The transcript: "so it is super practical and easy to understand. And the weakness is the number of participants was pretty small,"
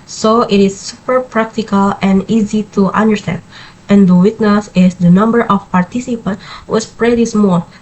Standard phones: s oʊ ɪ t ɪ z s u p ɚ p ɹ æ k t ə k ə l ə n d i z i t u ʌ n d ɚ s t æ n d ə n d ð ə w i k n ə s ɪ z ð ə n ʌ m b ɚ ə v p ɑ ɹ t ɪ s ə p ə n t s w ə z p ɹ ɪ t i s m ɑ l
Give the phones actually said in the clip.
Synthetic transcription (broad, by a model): s oʊ ɪ t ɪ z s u p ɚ p ɹ æ k t ə k ə l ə n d i z i t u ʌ n d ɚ s t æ n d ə n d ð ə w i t n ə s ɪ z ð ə n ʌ m b ɚ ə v p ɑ ɹ t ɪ s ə p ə n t w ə s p ɹ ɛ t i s m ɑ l